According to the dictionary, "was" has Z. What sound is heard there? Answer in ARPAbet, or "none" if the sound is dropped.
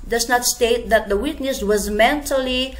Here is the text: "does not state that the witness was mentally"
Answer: Z